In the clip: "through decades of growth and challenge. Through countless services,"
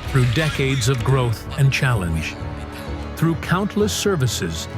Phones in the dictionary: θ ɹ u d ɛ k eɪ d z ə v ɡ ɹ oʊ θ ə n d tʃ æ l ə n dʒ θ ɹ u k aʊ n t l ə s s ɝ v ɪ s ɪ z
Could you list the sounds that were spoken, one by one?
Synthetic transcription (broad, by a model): θ ɹ u d ɛ k eɪ d z ə v ɡ ɹ oʊ θ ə n tʃ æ l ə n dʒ θ ɹ u k aʊ n t l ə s s ɝ v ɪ s ɪ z